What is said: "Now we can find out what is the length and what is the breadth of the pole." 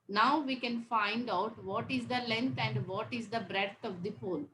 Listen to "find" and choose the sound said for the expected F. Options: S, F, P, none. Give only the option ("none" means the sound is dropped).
F